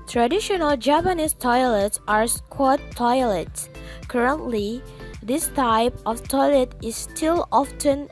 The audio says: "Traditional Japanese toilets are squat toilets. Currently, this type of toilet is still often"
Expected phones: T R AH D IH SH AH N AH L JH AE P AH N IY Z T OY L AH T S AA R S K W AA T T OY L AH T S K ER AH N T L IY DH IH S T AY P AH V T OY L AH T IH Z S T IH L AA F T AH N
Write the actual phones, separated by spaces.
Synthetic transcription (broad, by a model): T R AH D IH SH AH N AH L JH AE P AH N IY S T OY L AH T S AA R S K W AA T T OY L AH T S K ER AH N T L IY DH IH S T AY P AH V T OY L AH T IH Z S T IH L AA F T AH N